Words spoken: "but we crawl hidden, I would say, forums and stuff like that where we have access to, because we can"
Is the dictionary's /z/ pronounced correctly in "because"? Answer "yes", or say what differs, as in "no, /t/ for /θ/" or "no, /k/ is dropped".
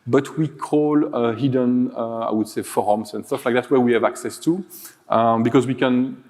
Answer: yes